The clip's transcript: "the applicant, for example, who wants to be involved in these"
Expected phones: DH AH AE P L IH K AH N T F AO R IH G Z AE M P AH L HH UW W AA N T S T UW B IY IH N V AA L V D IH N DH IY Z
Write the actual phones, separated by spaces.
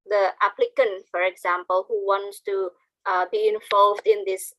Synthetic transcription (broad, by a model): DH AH AE P L IH K AH N T F AO R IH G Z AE M P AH L HH UW W AA N T S T UW B IY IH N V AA L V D IH N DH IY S